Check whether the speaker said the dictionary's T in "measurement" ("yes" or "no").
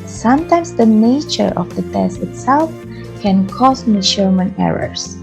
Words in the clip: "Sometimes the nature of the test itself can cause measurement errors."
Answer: no